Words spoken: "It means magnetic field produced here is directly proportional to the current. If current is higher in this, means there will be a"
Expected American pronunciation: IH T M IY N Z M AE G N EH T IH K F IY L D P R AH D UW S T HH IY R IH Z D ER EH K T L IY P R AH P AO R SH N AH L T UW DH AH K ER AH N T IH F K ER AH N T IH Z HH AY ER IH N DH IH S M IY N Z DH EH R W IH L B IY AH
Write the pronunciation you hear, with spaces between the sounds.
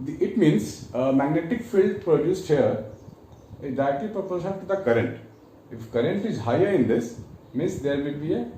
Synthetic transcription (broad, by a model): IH T M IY N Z M AE G N EH T IH K F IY L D P R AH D UW S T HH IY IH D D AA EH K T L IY P R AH P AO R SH AH T UW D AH K ER AH N T IH F K ER AH N T IH Z HH AY ER IH N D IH S M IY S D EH R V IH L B IY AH